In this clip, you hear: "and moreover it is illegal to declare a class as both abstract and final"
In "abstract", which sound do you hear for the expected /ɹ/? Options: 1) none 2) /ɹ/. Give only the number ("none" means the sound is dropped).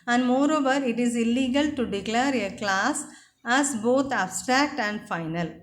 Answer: 2